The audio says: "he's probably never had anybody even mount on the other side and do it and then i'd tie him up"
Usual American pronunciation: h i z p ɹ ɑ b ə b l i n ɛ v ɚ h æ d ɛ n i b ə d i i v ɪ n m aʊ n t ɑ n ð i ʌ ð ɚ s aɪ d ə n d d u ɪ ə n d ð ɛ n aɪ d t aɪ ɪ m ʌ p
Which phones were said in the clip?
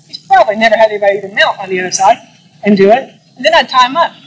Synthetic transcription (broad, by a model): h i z p ɹ ɑ b ə b l i n ɛ v ɚ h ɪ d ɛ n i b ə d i i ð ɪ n m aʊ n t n ð i ʌ ð ɚ s aɪ d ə n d d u ɪ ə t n ð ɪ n aɪ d t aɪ ɪ m ʌ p